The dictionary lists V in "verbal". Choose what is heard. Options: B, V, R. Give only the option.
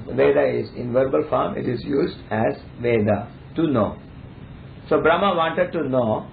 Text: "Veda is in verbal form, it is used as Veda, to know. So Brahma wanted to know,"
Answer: V